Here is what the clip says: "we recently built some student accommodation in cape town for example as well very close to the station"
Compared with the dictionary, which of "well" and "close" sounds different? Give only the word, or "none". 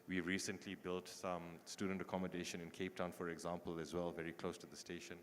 none